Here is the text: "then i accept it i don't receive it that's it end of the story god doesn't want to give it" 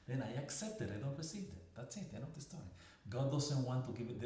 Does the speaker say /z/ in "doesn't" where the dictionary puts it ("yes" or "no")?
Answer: no